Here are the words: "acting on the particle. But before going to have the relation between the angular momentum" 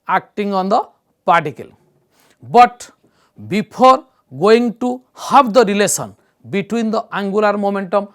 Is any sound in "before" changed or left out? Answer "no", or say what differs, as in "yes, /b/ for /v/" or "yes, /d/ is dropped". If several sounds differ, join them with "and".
yes, /p/ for /f/